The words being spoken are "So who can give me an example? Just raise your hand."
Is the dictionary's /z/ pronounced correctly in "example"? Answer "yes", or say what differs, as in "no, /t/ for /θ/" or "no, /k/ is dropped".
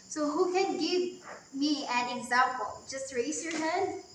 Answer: yes